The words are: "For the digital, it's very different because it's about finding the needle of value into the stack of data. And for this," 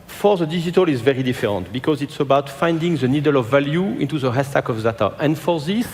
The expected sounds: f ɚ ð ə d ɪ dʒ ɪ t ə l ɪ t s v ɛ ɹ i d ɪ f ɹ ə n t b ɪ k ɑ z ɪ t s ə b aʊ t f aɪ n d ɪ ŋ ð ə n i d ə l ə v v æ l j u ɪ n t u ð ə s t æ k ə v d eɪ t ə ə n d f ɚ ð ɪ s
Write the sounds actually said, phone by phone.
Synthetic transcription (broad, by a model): f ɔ ð ə d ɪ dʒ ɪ t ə l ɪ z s v ɛ ɹ i d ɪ f ɹ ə n t b ɪ k ɑ z ɪ t s ə b aʊ t f aɪ n d ɪ ŋ ð ə n i d ə l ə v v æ l j u ɪ n t u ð ə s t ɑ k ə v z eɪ t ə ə n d f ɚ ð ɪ s